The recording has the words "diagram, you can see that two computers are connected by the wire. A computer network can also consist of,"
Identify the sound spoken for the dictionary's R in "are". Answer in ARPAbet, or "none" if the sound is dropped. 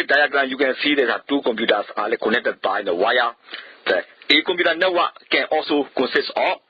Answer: L